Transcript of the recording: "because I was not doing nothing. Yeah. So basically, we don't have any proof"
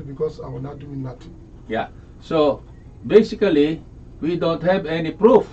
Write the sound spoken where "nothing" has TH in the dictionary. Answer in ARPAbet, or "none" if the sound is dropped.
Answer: T